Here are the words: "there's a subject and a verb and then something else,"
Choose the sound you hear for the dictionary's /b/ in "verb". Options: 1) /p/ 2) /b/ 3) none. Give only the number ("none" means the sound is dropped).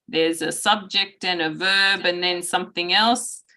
2